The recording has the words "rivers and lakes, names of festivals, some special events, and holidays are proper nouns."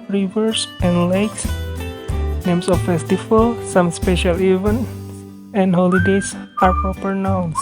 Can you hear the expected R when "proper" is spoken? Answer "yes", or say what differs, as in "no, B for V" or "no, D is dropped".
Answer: no, R is dropped